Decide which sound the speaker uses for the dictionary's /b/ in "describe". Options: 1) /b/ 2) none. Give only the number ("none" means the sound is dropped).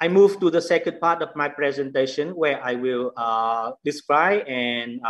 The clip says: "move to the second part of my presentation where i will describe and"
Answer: 2